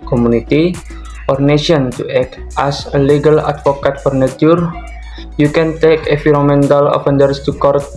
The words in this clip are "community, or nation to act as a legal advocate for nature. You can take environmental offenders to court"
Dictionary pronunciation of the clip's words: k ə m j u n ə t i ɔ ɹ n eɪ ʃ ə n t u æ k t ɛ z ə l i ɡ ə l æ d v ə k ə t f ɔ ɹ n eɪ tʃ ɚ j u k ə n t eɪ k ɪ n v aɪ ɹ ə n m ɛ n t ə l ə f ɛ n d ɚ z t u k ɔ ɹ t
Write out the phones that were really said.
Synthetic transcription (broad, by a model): k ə m u n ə t i ɔ ɹ n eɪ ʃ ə n t u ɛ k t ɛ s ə l i ɡ ə l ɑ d f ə k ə t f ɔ ɹ n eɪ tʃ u j u k ə n t eɪ k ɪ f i ɹ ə m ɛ n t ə l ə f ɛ n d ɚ s t u k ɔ ɹ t